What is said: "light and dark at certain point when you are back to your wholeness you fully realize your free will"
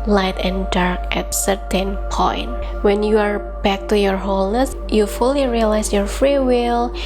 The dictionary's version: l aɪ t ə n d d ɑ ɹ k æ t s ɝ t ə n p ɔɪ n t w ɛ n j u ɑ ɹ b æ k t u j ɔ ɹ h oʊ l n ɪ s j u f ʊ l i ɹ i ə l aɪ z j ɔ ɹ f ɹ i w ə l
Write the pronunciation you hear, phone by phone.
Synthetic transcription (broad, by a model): l aɪ t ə n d d ɑ ɹ k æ t s ɝ t ə n p ɔɪ n t w ɛ n j u ɑ ɹ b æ k t u j ɔ ɹ h oʊ l n ɪ s j u f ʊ l i ɹ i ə l aɪ s j ɔ ɹ f ɹ i w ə l